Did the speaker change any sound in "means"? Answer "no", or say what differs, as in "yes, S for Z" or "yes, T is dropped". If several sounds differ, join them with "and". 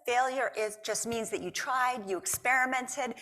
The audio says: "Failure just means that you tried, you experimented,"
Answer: no